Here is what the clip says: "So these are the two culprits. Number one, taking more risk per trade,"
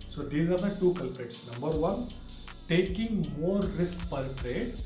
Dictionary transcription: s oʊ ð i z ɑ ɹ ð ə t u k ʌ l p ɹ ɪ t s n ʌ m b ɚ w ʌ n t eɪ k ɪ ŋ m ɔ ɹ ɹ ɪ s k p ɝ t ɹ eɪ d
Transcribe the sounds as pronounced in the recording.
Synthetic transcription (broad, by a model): s oʊ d i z ɑ ɹ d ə t u k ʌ l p ɪ t s n ʌ m b ɚ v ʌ n t eɪ k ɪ ŋ m ɔ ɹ ɹ ɪ s k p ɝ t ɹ eɪ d